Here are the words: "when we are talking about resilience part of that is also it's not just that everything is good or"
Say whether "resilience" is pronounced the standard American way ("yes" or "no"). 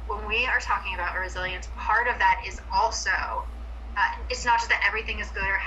yes